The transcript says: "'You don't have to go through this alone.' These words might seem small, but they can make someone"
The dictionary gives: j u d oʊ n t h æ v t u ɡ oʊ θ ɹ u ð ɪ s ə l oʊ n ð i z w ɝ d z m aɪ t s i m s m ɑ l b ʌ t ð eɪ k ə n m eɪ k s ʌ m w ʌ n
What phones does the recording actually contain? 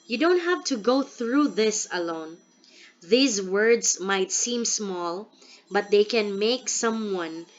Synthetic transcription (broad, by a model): j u d oʊ n t h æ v t u ɡ oʊ θ ɹ u ð ɪ s ə l oʊ n ð i z w ɝ d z m aɪ t s i m s m ɑ l b ʌ t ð eɪ k ə n m eɪ k s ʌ m w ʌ n